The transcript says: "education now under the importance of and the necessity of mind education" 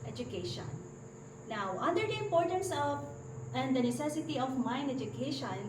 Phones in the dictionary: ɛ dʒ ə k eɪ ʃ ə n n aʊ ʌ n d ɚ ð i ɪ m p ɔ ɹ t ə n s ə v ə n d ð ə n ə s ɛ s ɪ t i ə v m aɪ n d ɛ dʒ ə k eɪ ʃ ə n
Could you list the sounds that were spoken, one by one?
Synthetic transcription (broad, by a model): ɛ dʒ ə k eɪ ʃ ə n n aʊ ʌ n d ɚ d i ɪ m p ɔ ɹ t ə n s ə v ə n d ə n ə s ɛ s ɪ t i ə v m aɪ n ɛ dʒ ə k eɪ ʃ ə n